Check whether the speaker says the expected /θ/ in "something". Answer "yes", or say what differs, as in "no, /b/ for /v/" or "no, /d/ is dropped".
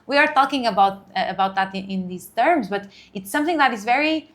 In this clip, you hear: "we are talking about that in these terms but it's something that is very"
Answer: yes